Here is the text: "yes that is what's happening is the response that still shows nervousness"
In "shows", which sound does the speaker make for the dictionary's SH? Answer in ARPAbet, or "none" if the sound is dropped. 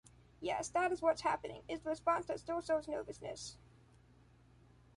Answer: S